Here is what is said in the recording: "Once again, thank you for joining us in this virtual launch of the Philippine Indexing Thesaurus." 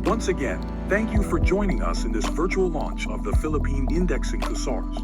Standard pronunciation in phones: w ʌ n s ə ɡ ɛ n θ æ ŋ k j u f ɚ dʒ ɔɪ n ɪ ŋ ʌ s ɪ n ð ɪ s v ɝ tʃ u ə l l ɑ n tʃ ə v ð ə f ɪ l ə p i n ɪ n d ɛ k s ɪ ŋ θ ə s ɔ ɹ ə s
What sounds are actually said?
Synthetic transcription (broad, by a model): w ʌ n s ə ɡ ɛ n θ æ ŋ k j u f ɚ dʒ ɔɪ n ɪ ŋ ʌ s ɪ n ð ɪ s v ɝ tʃ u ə l l ɑ n tʃ ə v ð ə f ɪ l ə p i n ɪ n d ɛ k s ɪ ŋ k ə s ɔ ɹ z